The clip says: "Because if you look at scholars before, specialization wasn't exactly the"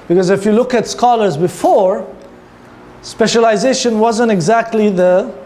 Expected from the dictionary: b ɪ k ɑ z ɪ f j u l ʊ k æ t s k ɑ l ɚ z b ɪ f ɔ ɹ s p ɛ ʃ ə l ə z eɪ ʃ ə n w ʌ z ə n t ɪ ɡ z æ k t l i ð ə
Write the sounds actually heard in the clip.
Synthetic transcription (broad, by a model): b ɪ k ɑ z ɪ f j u l ʊ k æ t s k ɑ l ɚ z b ɪ f ɔ ɹ s p ɛ ʃ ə l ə z eɪ ʃ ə n w ʌ z ə n t ɪ ɡ z æ k t l i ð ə